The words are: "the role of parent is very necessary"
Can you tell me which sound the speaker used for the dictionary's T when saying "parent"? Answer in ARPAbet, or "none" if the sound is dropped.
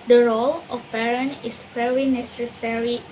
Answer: none